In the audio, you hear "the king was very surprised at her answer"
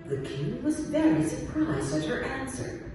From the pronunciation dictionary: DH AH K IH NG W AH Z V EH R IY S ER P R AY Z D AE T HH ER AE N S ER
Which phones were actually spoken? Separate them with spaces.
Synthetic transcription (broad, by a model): DH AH K IH NG W AH Z V EH R IY S ER P R AY Z D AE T HH ER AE N S ER